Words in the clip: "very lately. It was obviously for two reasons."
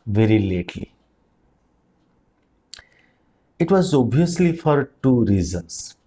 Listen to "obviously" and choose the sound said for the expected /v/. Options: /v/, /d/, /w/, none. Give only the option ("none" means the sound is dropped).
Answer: none